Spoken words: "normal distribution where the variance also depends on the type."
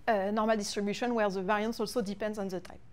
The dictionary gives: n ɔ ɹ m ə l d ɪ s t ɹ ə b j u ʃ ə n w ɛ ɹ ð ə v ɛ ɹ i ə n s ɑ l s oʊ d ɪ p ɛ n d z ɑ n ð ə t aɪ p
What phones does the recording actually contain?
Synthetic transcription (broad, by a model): n ɔ ɹ m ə l d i s t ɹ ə b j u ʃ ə n w ɛ ɹ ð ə v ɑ ɹ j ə n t ɑ l s oʊ d ɪ p ɛ n d z ɑ n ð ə t aɪ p